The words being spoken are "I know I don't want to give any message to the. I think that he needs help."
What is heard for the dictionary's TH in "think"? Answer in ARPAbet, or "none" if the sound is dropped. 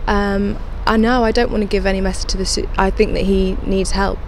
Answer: TH